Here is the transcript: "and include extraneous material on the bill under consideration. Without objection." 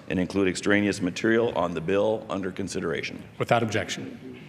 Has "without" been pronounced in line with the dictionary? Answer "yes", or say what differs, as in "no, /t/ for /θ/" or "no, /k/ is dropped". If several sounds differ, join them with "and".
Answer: yes